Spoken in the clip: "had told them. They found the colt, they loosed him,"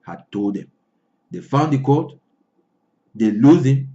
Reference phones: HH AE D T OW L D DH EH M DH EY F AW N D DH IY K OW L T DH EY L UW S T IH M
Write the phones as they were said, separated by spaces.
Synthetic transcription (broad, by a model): HH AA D T OW L D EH M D EY F AW N D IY K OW T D EY L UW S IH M